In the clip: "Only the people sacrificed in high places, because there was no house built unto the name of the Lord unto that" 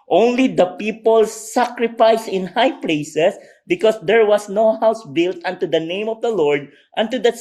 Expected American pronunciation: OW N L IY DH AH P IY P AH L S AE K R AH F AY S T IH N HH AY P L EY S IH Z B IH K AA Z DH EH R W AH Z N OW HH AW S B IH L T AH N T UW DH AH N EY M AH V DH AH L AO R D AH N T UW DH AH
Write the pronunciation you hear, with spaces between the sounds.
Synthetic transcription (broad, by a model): OW N L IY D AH P IY P AH L S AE K R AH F AY S IH N HH AY P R EY S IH S B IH K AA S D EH R W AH S N OW HH AW S B IH L T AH N T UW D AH N EY M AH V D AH L AO R D AH N T UW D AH